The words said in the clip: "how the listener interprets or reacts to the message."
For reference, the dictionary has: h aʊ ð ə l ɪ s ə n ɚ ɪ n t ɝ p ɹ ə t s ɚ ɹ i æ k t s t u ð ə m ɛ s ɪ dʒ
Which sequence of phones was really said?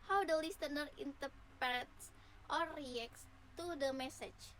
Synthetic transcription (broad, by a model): h aʊ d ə l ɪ s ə n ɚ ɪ n t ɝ p ə t s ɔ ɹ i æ k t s t u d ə m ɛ s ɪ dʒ